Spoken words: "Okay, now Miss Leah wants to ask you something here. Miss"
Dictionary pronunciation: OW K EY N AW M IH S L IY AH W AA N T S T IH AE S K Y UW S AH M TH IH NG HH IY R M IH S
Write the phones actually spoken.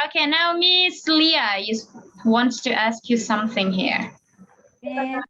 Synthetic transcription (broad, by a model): OW K EY N AW M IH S L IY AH W AA N T S T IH AE S K Y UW S AH M TH IH NG HH IY R